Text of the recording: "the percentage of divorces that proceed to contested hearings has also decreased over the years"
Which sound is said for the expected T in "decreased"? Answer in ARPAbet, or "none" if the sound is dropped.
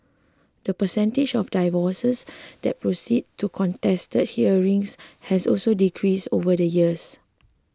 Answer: none